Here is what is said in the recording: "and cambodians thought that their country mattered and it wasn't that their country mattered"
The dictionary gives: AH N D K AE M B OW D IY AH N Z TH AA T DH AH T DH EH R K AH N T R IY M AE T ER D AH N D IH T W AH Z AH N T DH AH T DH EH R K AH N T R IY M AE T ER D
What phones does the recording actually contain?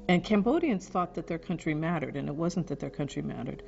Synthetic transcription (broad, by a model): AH N K AE M B OW D IY AH N Z TH AA T DH AH T DH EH R K AH N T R IY M AE T ER D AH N IH T W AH Z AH N DH AH T DH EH R K AH N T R IY M AE T ER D